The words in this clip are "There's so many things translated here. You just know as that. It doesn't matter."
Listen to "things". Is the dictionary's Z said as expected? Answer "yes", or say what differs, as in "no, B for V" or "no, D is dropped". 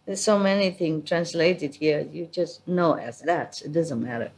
no, Z is dropped